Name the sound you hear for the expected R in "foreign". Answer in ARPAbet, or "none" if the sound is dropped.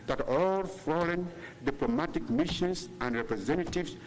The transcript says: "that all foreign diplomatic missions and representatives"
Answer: L